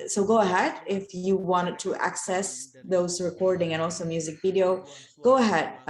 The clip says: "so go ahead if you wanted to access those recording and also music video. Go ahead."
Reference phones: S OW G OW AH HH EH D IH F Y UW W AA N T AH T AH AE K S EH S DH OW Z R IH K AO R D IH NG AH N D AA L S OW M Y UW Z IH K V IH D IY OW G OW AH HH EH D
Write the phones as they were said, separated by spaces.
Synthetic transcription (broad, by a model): S OW G OW AH HH EH D IH F Y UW W AA N T AH T AE K S EH S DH OW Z R IH K AO R D IH NG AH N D AA L S OW M Y UW Z IH K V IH D IY OW G OW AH HH EH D